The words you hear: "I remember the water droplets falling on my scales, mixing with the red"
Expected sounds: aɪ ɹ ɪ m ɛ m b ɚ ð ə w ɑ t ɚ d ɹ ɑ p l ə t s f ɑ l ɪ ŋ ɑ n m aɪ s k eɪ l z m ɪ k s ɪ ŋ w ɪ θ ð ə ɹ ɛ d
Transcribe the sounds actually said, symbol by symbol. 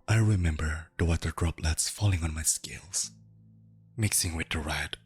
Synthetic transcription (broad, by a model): aɪ ɹ ɪ m ɛ m b ɚ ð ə w ɑ t ɚ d ɹ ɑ p l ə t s f ɑ l ɪ ŋ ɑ n m aɪ s k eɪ l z m ɪ k s ɪ ŋ w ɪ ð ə ɹ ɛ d